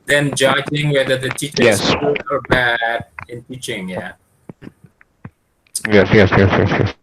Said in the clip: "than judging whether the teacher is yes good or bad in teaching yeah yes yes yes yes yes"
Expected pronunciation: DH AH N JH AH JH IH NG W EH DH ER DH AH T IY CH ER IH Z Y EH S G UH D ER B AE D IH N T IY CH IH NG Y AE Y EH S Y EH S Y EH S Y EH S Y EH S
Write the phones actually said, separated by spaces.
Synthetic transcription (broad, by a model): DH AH N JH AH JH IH NG W EH DH ER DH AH T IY CH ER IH Y EH S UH ER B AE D IH N T IY CH IH NG Y AE Y EH S Y EH S Y EH S Y EH S Y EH S